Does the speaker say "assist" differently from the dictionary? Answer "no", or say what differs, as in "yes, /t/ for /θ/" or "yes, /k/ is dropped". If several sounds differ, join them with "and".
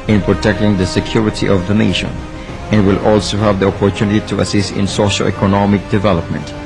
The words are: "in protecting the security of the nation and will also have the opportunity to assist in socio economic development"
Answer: no